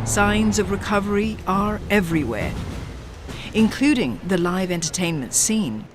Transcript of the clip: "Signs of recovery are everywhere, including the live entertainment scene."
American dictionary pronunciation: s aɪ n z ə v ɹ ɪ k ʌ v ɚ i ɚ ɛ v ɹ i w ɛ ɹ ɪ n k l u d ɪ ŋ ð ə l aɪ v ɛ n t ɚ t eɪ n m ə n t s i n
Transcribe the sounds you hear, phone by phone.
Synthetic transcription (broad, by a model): s aɪ n z ə v ɹ ɪ k ʌ v ɚ i ɚ ɛ v ɹ i w ɛ ɹ ɪ n k l u d ɪ ŋ ð ə l aɪ v ɛ n t ɚ t eɪ n m ə n t s i n